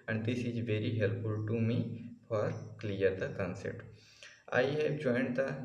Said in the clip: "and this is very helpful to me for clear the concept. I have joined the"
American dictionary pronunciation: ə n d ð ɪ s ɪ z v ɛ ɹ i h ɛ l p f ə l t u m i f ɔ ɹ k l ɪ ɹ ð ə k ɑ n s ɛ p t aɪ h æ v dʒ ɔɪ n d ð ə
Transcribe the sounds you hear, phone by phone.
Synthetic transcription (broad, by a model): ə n d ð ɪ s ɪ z v ɛ ɹ i h ɛ l p f ə l t u m i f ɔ ɹ k l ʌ ɹ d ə k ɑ n s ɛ t aɪ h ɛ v dʒ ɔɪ n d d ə